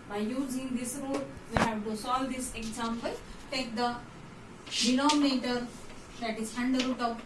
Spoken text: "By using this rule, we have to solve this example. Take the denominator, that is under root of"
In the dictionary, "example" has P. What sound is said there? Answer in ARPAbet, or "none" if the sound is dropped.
B